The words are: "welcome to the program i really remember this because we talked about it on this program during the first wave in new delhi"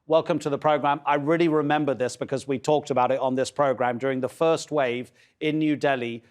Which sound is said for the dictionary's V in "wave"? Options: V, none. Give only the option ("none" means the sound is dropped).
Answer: V